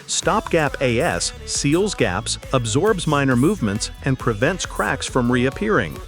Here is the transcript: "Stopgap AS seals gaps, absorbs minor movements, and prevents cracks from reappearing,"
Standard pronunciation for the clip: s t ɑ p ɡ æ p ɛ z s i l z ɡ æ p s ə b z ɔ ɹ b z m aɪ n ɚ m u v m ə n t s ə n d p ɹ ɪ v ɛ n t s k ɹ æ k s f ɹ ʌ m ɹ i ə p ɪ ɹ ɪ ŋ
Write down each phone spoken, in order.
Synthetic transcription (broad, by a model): s t ɑ p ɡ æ p ɛ s i l z ɡ æ p s ə b z ɔ ɹ b z m aɪ n ɚ m u v m ə n t s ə n p ɹ ɪ v ɛ n t s k ɹ æ k s f ɹ ʌ m ɹ i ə p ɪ ɹ ɪ ŋ